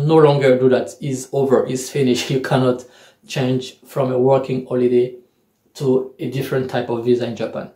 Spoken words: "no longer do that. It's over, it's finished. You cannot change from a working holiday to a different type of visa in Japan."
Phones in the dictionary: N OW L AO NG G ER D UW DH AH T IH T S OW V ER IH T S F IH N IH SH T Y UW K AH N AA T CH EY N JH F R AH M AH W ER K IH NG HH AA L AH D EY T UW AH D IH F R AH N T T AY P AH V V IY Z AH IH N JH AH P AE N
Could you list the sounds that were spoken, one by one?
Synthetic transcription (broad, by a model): N OW L AO NG G ER D UW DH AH T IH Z OW V ER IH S F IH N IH SH Y UW K AH N AA T CH EY N JH F R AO M AH W ER K IH NG HH AA L AH D EY T UW AH D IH F R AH N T T AY P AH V V IY Z AH IH N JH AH P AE N